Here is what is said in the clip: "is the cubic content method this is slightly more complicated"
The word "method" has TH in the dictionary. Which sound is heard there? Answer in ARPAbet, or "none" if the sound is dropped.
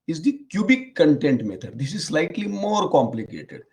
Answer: T